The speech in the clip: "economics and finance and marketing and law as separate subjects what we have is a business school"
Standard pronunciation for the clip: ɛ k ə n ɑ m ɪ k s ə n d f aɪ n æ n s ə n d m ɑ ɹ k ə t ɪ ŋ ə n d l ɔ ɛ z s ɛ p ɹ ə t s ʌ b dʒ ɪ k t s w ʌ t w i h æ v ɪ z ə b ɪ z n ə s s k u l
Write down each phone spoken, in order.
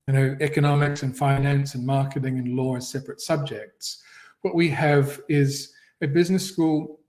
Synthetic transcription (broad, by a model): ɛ k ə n ɑ m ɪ k s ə n f aɪ n æ n s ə n m ɑ ɹ k ə t ɪ ŋ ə n l ɔ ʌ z s ɛ p ɹ ə t s ʌ b dʒ ɪ k t s w ʌ t w i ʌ v ɪ z ə b ɪ z n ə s s k u l